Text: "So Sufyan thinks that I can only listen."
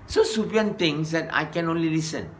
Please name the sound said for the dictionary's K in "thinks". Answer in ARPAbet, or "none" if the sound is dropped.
none